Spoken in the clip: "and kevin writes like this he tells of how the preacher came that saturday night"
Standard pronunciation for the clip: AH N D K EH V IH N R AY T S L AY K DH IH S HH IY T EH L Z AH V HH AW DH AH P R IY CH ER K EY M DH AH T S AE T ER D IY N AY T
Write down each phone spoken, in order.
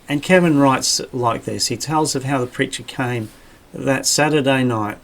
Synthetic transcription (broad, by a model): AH N K EH V IH N R AY T S L AY K DH IH S HH IY T EH L Z AH V HH AW DH AH P R IY CH ER K EY M DH AH T S AE T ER D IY N AY T